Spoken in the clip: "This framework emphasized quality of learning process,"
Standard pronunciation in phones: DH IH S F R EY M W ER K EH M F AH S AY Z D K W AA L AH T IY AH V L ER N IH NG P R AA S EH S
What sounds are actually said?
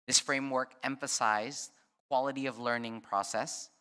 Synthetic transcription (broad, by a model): DH IH S F R EY M W ER K EH M F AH S AY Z K W AA L AH T IY AH V L ER N IH NG P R AA S EH S